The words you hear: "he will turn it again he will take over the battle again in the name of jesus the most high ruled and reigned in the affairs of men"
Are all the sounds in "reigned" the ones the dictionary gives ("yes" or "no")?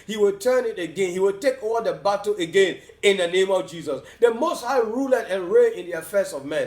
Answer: no